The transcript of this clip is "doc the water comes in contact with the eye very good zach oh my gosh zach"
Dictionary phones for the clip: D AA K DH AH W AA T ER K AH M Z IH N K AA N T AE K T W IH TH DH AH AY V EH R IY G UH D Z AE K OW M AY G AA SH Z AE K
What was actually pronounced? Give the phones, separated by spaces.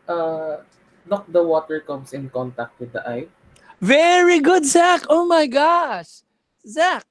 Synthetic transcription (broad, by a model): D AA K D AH W AA T ER K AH M S IH N K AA N T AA K T W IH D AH AY V EH R IY G UH D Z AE K OW M AY G AA SH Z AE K